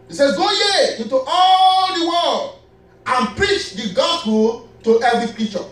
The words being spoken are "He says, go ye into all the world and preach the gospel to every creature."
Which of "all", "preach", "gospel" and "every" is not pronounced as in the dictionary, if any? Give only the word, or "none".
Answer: none